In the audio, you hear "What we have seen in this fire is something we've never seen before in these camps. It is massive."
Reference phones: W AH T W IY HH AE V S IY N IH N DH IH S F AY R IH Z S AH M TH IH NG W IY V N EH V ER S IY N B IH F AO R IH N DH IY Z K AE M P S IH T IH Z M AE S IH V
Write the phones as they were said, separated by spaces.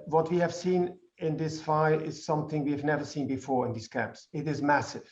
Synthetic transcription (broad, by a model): W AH T W IY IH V S IY N IH N DH IH S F AY IH Z S AH M TH IH NG W IY V N EH V ER S IY N B IH F AO R IH N DH IY Z K AE M P S IH T IH Z M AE S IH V